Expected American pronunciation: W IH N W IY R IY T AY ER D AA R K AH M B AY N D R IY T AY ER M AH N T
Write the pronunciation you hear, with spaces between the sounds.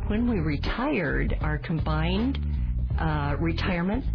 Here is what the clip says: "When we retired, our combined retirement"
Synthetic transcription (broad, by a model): W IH N W IY R IY T AY ER D AA R K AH M B AY N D R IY T AY ER M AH N T